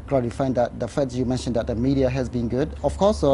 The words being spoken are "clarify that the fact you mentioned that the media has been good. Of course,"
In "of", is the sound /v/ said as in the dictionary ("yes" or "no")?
no